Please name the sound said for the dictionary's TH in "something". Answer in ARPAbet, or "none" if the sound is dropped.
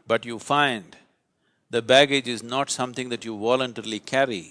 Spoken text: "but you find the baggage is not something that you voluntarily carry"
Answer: T